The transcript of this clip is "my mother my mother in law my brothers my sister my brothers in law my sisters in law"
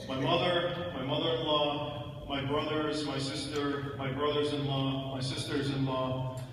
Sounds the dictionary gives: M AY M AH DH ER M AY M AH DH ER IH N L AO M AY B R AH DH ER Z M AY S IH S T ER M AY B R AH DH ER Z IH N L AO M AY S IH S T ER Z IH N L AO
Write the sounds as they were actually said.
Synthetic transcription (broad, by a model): M AY M AH DH ER M AY M AH DH ER IH N L AO M AY B R AH DH ER Z M AY S IH S T ER M AY B R AH DH ER Z IH N L AO M AY S IH S T ER Z IH N L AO